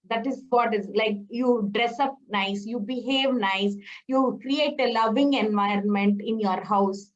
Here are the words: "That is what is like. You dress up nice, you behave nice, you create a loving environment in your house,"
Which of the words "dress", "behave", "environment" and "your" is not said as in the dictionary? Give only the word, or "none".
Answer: none